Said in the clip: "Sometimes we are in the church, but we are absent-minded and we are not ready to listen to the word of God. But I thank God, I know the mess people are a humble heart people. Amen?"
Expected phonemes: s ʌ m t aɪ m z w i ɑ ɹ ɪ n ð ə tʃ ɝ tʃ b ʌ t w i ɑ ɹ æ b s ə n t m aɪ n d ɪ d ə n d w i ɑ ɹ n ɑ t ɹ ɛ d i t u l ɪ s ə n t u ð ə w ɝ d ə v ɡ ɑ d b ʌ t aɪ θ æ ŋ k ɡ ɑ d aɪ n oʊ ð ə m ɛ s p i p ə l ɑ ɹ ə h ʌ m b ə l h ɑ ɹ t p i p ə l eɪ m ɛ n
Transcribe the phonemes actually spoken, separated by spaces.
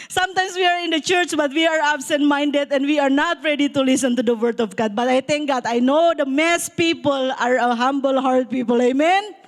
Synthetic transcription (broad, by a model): s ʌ m t aɪ m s w i ɑ ɹ ɪ n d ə tʃ ɝ tʃ b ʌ t w i ɑ ɹ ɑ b s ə n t m aɪ n d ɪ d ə n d w i ɑ ɹ n ɑ t ɹ ɛ d i t u l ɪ s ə n t u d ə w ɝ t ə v ɡ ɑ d b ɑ t aɪ t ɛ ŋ k ɡ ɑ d aɪ n oʊ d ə m ɛ s p i p ə l ɑ ɹ ə h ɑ m b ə l h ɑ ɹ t p i p ə l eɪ m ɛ n